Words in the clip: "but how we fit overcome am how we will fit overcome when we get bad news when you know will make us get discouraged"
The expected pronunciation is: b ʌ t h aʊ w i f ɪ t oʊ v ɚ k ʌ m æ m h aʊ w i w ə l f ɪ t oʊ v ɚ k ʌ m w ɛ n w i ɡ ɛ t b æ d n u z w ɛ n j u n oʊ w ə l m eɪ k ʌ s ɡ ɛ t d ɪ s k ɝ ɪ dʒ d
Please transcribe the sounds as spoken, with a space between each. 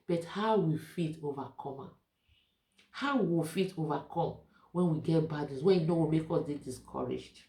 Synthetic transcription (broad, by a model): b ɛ t h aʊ w i f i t oʊ v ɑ k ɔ m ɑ h aʊ w i w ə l f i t oʊ v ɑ k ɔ m w ɛ n w i ɡ ɛ t b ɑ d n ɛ s w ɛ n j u n oʊ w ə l m eɪ k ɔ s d ɛ d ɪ s k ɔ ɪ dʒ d